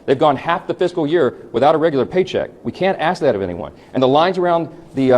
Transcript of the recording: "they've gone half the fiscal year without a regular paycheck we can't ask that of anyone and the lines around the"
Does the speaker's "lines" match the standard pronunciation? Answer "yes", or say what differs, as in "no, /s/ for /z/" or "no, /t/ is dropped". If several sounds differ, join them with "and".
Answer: yes